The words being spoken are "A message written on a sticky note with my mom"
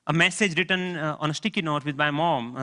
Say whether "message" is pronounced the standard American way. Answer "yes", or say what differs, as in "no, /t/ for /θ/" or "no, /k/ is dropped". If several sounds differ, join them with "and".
yes